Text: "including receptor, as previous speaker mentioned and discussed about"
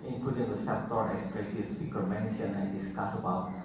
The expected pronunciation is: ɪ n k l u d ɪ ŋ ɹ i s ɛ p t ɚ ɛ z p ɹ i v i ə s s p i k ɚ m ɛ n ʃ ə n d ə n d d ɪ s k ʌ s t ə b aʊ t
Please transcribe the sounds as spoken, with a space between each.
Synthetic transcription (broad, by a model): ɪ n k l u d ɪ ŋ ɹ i s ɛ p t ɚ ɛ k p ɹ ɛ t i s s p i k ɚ m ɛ n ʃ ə n ə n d d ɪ s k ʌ s ə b aʊ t